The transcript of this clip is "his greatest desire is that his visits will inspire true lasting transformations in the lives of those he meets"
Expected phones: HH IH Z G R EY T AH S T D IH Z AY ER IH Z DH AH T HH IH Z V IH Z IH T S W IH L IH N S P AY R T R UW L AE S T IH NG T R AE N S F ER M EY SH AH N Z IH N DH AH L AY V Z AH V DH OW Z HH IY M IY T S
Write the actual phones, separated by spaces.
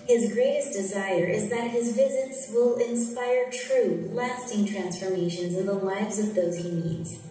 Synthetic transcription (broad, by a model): HH IH Z G R EY T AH S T D IH Z AY ER IH Z DH AH T HH IH Z V IH Z IH T S W IH L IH N S P AY R T R UW L AE S T IH NG T R AE N S F ER M EY SH AH N Z IH N DH AH L AY V Z AH V DH OW Z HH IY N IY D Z